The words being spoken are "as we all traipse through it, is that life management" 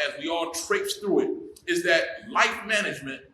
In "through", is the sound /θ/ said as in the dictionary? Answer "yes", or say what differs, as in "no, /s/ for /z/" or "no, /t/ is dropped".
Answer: yes